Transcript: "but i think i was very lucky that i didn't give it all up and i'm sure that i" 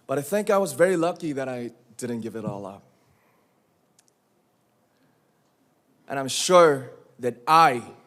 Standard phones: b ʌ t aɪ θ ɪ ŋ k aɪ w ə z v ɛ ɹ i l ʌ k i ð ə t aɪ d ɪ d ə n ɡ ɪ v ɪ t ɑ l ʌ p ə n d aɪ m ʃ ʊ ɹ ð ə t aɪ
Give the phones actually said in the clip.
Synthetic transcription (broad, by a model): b ʌ t aɪ θ ɪ ŋ k aɪ w ə z v ɛ ɹ i l ʌ k i ð ə t aɪ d ɪ d n ɡ ɪ v ɪ t ɑ l ʌ p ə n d aɪ m ʃ ʊ ɹ ð ə t aɪ